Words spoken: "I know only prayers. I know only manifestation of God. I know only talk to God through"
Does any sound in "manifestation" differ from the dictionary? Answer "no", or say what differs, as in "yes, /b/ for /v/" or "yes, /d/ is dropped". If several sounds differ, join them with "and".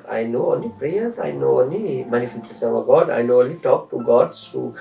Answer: yes, /s/ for /ʃ/